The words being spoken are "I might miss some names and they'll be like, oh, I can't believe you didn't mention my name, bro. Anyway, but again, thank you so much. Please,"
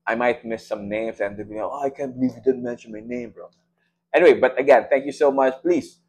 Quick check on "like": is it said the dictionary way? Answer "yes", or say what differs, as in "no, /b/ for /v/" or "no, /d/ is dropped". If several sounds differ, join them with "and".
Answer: no, /k/ is dropped